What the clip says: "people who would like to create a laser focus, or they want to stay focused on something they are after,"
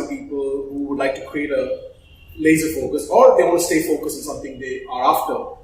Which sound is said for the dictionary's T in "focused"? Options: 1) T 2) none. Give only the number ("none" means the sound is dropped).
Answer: 2